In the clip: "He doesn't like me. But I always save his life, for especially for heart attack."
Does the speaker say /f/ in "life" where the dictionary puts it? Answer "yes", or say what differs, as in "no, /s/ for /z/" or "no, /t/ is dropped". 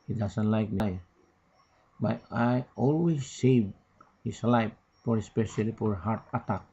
no, /p/ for /f/